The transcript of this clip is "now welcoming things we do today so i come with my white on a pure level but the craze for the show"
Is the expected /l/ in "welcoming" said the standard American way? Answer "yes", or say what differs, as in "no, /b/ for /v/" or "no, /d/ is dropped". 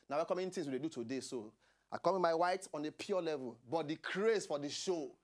no, /l/ is dropped